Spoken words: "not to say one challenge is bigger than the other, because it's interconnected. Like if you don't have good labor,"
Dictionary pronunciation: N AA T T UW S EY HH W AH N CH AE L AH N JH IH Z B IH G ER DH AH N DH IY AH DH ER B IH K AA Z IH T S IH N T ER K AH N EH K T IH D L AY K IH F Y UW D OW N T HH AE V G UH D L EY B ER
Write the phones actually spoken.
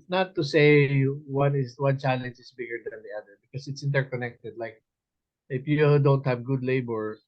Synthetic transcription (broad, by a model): N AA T T UW S EY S W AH N CH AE L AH N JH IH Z B IH G ER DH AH N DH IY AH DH ER B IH K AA S IH T S IH N T ER K AH N EH K T IH D L AY K IH F Y UW D OW N T HH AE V G UH D L EY B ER